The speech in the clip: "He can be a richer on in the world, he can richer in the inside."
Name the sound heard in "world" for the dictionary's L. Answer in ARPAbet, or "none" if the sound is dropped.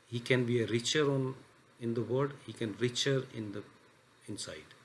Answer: none